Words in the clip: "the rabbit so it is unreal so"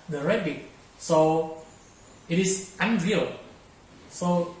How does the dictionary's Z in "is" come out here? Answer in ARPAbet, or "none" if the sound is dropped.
S